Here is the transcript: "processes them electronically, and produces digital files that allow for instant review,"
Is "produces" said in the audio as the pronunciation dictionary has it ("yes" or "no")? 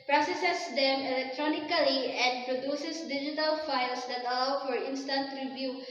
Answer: no